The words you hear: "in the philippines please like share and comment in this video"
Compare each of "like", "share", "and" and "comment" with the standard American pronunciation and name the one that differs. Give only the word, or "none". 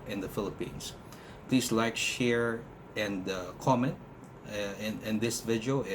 none